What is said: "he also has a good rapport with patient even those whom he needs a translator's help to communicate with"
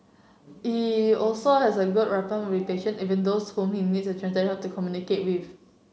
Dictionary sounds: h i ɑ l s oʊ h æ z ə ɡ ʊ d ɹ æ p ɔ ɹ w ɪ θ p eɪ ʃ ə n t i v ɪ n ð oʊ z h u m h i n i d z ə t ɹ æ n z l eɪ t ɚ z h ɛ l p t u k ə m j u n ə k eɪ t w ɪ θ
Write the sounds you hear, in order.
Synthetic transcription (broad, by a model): h i ɑ l s oʊ h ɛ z ə ɡ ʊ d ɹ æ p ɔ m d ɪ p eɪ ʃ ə n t i v ɪ n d oʊ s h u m h i n i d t ə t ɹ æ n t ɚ h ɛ p t u k ə m j u n ə k eɪ t w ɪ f